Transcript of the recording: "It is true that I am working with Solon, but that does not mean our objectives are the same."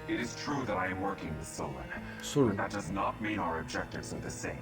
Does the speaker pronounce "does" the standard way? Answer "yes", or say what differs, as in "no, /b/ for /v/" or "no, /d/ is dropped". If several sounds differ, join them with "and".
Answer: yes